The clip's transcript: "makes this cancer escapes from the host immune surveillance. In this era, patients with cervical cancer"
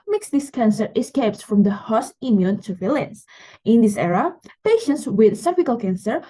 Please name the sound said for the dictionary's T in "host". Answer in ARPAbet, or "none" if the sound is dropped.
none